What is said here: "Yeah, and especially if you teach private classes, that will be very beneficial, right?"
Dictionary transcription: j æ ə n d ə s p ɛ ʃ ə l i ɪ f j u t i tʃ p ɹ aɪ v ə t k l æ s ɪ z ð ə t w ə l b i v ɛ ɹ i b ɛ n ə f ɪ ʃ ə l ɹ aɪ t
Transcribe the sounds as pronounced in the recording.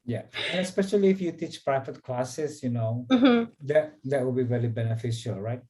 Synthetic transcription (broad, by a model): j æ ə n ə s p ɛ ʃ ə l i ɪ f j u t i tʃ p ɹ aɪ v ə t k l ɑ s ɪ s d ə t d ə w b i v ɛ ɹ i b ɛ n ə f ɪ ʃ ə l ɹ aɪ t